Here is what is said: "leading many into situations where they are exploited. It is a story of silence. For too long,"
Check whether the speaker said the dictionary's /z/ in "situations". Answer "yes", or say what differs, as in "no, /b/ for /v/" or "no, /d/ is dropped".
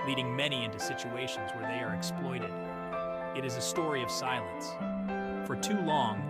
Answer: yes